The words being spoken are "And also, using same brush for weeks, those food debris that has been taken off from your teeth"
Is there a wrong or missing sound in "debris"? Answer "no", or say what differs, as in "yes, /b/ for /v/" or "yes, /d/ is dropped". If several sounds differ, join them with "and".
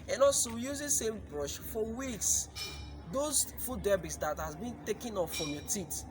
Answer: yes, /ɹ/ is dropped